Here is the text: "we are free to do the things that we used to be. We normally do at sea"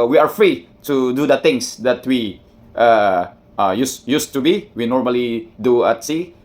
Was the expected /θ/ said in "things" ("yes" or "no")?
no